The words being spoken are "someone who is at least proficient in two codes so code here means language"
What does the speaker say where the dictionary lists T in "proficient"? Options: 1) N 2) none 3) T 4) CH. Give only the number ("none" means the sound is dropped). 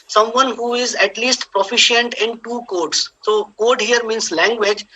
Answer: 3